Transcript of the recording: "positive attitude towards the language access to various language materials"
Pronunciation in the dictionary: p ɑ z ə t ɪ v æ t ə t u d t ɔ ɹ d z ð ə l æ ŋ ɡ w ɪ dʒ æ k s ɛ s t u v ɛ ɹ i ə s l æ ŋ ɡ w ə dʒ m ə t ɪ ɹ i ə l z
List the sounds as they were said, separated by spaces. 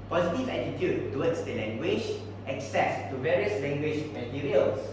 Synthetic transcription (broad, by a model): p ɑ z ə t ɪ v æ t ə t u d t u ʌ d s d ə l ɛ ŋ ɡ w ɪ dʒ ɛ k s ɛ s t u v ɛ ɹ i ə s l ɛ ŋ ɡ w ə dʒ m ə t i ɹ i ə l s